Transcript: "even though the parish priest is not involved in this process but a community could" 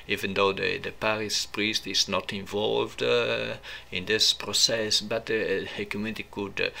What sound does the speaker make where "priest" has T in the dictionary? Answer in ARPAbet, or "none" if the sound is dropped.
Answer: T